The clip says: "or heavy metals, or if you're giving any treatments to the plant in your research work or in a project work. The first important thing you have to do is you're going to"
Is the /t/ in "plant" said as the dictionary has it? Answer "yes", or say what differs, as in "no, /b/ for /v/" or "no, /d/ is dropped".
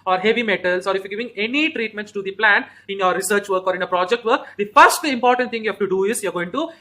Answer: no, /t/ is dropped